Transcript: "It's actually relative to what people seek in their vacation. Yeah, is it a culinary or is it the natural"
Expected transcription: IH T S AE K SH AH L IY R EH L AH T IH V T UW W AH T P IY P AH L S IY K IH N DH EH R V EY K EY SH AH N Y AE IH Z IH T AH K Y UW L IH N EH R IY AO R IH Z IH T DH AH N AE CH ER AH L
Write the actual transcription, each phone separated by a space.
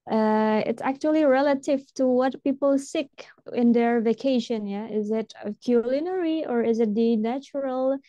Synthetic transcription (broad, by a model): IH T S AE K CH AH L IY R EH L AH T IH V T UW W AH T P IY P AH L S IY K IH N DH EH R V EY K EY SH AH N Y AE IH Z IH T AH K Y UW L IH N EH R IY AO R IH Z IH T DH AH N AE CH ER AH L